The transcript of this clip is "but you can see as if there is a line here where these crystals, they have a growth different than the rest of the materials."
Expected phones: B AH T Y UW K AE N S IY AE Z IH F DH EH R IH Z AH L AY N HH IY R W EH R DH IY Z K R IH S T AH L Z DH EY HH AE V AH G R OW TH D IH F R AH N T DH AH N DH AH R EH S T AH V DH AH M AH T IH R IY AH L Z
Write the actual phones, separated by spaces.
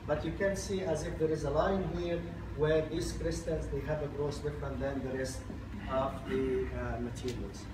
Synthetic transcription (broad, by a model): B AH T Y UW K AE N S IY AE Z IH F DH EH R IH Z AH L AY N HH IY R W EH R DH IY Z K R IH S T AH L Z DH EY HH AE V AH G R OW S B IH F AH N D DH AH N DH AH R EH S T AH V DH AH M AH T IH R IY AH L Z